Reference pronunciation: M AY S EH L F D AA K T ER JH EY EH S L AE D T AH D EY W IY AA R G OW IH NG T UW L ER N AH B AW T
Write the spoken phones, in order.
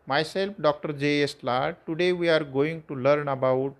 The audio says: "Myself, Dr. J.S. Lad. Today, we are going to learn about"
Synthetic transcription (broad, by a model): M AY S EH L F D AA K T ER JH EY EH S L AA T AH D EY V IY AA R G OW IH NG T UW L ER N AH B AW T